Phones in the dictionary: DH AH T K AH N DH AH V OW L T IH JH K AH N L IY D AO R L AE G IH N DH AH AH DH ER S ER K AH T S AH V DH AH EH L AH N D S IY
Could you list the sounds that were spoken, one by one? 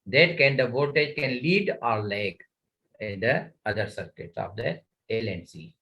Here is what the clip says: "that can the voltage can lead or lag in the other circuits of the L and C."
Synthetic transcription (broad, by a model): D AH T K AH N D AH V OW T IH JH K AH N L IY D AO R L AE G IH N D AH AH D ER S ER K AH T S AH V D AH EH L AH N S IY